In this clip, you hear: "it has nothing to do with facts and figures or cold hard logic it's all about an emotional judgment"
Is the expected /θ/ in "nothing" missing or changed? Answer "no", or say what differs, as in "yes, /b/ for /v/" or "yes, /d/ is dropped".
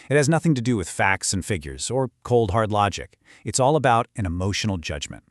no